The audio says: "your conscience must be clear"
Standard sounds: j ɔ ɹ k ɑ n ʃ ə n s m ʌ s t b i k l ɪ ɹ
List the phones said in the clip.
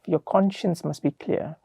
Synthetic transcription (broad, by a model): j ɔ k ɑ n ʃ ə n s m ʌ s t b i k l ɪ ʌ